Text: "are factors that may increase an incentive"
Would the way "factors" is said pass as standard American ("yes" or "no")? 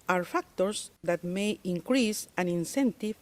no